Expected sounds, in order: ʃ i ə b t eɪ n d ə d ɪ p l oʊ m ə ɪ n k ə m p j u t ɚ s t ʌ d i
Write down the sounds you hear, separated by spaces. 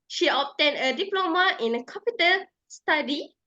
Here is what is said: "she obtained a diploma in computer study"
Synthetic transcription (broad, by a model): ʃ i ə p t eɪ n ə d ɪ p l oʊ m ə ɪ n k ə p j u t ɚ s t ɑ d i